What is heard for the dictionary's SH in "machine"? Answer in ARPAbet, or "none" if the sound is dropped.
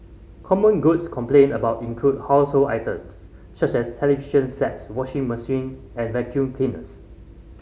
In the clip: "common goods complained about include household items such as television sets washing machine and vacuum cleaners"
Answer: S